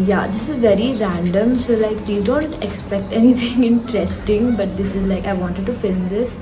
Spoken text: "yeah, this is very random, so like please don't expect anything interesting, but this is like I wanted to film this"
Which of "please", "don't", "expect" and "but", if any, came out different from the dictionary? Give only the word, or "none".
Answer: please